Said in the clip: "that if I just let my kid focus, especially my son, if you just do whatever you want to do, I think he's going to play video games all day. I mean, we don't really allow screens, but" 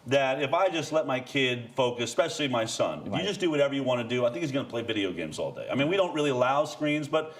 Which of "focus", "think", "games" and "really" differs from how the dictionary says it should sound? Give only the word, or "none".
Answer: focus